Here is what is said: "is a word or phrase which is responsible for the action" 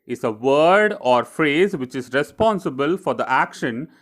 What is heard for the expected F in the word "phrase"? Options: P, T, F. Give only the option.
F